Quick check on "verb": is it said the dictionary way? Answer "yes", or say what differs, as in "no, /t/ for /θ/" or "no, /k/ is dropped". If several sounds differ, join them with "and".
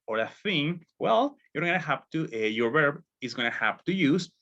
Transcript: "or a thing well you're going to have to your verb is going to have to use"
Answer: yes